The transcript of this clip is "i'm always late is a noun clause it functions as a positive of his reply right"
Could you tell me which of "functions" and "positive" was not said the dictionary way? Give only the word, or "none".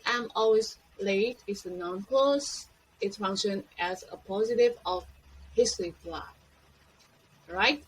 functions